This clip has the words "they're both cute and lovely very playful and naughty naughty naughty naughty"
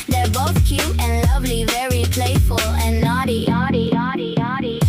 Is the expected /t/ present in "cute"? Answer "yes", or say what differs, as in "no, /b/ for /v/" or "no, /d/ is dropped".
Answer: no, /t/ is dropped